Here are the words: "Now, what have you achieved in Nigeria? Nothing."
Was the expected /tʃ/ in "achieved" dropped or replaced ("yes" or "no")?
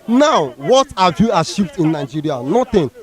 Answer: yes